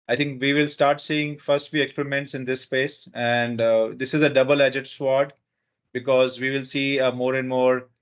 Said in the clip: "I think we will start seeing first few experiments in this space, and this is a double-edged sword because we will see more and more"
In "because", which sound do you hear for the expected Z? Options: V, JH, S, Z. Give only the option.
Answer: Z